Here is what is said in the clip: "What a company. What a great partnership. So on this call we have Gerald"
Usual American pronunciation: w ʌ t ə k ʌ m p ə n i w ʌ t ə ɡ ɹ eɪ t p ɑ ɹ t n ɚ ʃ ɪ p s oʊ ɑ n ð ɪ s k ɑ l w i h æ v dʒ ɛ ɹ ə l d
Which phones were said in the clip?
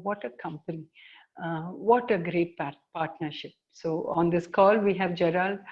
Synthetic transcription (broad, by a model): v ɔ t ə k ʌ m p ə n i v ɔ t ə ɡ ɹ eɪ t p ɑ ɹ t n ɚ ʃ ɪ p s oʊ ɑ n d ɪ s k ɑ l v i h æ v dʒ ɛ ɹ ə l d